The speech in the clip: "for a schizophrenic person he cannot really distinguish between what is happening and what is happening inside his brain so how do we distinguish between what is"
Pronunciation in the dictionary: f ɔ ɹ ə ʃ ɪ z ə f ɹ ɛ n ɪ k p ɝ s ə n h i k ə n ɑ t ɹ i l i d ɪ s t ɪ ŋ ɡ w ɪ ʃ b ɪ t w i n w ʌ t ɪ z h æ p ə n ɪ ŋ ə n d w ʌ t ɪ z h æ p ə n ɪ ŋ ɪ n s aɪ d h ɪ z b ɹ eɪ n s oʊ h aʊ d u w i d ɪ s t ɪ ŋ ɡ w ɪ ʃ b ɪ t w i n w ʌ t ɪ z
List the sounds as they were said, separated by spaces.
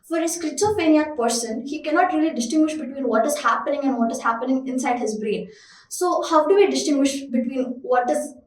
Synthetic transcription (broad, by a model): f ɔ ɹ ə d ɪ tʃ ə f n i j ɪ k p ɝ s ə n h i k ə n ɑ t ɹ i l i d ɪ s t ɪ ŋ ɡ w ɪ ʃ b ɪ t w i n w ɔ t ɪ z h æ p ə n ɪ ŋ ə n d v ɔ t ɪ z h æ p ə n ɪ ŋ ɪ n s aɪ d h ɪ z b ɹ eɪ n s oʊ h aʊ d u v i d ɪ s t ɪ ŋ ɡ w ɪ ʃ b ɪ t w i n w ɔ t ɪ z